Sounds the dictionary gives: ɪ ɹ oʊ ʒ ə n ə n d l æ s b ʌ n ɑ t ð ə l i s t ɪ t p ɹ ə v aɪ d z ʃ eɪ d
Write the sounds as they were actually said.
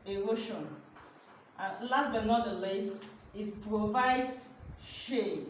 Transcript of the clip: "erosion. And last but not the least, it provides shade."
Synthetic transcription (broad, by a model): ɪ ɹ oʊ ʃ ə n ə l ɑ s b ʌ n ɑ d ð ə l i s ɪ t p ɹ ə v aɪ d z ʃ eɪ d